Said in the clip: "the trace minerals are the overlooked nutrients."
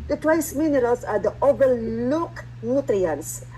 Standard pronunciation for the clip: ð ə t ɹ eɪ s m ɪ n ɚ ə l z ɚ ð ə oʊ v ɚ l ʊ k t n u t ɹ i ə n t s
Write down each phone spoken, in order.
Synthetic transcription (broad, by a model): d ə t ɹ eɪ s m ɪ n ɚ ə l s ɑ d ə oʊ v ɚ l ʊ k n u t ɹ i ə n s